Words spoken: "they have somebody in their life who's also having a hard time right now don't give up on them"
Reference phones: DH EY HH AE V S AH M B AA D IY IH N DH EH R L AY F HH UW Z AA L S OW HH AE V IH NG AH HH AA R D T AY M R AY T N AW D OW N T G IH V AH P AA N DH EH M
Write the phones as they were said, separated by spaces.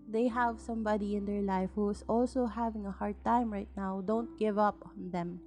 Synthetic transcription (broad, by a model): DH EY HH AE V S AH M B AA D IY IH N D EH R L AY F HH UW S AA L S OW HH AE V IH NG AH HH AA R D T AY M R AY T N AW D OW N T G IH V AH P AA N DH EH M